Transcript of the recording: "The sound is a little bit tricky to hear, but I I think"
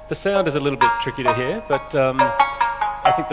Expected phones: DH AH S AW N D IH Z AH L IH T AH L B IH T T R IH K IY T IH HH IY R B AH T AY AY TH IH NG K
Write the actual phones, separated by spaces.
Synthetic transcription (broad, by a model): DH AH S AW N D IH Z AH L IH T L B IH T T R IH K IY T IH HH IY R B AH T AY AY TH IH NG K